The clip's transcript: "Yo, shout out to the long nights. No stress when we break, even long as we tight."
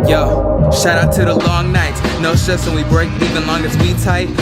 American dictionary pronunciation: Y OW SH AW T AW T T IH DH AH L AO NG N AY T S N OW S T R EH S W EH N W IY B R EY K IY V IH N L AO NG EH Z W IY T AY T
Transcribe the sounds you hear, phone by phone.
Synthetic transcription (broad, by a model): Y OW SH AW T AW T T IH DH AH L AO NG N AY T N OW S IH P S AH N W IY B R EY K IY V IH N L AO NG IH S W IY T AY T